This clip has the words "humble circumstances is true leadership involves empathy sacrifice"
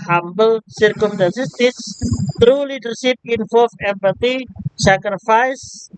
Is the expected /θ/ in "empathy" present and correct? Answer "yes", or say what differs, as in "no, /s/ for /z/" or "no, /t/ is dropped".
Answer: no, /t/ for /θ/